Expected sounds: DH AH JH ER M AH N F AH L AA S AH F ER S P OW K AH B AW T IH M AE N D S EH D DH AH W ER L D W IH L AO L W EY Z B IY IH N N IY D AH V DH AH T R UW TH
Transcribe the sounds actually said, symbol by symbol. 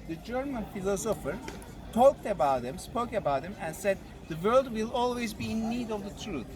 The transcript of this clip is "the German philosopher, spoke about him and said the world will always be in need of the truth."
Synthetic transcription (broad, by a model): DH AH JH ER M AH N F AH L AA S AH F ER S P OW K AH B AW T IH M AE N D S EH D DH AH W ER L D W IH L AO L W EY Z B IY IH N N IY D AH V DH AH T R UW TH